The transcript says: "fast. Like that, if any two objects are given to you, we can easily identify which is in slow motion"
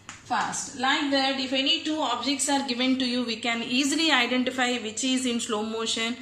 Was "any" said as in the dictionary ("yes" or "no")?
yes